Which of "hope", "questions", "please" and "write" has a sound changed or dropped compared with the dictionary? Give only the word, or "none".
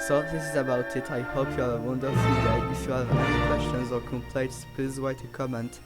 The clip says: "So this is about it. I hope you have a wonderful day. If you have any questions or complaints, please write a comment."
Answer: write